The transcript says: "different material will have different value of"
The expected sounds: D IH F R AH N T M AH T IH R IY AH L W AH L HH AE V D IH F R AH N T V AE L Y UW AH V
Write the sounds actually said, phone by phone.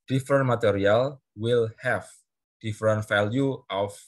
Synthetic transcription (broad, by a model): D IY F R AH N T M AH T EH R IY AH L W AH L HH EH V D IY F R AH N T F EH L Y UW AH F